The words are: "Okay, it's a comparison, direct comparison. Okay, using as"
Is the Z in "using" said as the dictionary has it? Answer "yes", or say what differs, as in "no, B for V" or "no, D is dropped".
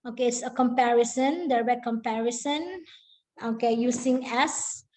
no, S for Z